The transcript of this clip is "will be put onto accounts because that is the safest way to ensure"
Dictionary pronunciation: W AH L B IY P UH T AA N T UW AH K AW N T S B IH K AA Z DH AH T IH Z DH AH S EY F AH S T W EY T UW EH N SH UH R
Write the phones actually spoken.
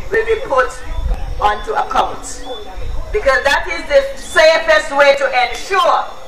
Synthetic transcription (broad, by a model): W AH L B IY P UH T AA N T UW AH K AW N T B IH K AA Z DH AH T IH Z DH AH S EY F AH S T W EY T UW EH N SH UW